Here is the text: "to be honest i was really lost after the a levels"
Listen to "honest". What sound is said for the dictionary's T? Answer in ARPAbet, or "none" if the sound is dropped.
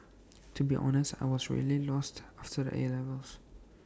T